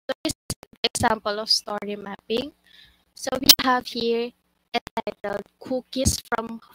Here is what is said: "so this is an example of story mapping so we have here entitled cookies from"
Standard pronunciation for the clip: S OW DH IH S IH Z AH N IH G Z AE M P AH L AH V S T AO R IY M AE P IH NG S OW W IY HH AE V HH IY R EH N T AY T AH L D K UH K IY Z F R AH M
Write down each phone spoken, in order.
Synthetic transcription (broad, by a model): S OW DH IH S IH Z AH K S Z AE M P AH L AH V S T AO R IY M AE P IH NG S OW W IY HH AE V HH IY R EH T AY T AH L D K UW K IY S F R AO M